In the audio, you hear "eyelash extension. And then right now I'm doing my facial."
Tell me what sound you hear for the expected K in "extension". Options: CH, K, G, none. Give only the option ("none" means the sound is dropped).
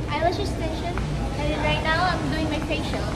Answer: none